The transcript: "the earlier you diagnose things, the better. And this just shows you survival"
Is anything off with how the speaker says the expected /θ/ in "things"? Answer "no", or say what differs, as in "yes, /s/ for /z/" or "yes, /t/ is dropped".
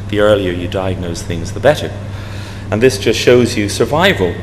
no